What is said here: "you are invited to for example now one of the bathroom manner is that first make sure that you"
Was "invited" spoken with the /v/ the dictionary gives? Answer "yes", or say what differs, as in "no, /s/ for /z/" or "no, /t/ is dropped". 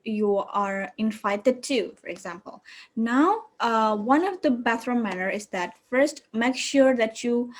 no, /f/ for /v/